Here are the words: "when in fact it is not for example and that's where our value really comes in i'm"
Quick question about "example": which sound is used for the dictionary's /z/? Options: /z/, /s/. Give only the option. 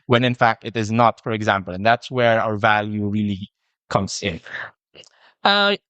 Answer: /z/